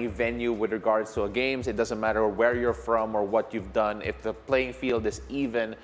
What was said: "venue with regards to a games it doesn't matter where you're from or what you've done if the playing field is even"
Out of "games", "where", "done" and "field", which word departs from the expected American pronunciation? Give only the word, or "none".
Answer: games